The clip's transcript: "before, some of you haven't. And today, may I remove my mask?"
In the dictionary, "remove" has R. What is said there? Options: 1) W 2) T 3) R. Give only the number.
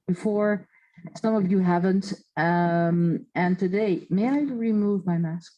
3